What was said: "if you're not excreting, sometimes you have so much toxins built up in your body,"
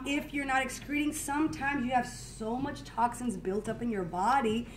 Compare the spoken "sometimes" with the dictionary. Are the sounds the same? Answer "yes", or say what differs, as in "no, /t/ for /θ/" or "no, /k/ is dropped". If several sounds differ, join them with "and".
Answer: yes